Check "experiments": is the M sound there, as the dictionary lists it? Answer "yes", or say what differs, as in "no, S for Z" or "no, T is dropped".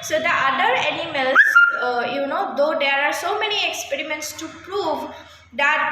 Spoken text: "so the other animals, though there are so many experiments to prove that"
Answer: yes